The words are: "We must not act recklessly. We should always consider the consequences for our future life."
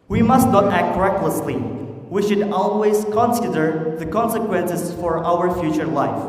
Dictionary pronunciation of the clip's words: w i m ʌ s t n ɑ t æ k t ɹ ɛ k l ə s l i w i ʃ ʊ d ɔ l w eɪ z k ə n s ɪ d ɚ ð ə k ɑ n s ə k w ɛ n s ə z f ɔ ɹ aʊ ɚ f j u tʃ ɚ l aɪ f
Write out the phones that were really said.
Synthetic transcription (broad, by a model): w i m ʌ s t n ɑ t æ k t ɹ ɛ k l ə s l i w i ʃ ʊ d ɔ l w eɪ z k ə n s ɪ d ɚ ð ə k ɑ n s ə k w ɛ n s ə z f ɔ ɹ aʊ ɚ f j u tʃ ɚ l aɪ f